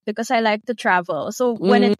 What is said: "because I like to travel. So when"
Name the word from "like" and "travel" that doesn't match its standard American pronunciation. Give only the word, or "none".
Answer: none